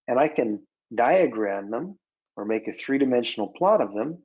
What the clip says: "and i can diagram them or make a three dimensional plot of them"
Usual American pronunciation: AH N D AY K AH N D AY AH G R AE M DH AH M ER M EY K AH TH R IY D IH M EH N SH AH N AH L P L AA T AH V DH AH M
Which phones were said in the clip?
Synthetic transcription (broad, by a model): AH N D AY K AH N D AY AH G R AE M DH AH M ER M EY K AH TH R IY D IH M EH N SH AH N L P L AA T AH V DH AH M